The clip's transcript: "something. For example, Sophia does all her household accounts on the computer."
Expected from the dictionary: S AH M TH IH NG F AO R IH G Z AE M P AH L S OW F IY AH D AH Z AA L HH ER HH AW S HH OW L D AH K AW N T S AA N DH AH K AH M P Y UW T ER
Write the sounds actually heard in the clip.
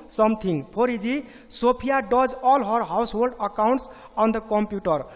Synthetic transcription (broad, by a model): S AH M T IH NG P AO R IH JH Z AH S OW P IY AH D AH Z AA L HH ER HH AW S HH OW L D AH K AW N T S AA N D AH K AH M P Y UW T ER